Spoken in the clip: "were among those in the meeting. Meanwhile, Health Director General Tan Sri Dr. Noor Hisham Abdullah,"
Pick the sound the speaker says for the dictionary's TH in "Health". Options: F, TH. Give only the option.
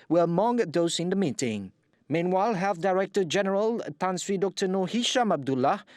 F